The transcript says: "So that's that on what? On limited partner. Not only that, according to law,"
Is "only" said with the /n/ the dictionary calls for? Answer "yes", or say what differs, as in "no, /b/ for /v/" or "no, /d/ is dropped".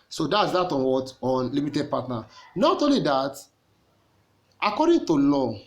no, /n/ is dropped